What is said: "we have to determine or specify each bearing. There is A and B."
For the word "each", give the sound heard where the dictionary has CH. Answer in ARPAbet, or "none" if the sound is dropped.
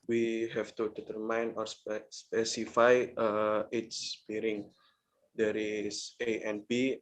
S